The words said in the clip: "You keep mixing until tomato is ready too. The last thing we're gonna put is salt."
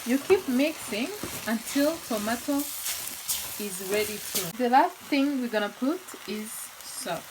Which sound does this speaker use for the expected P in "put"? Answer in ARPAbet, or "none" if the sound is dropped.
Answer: P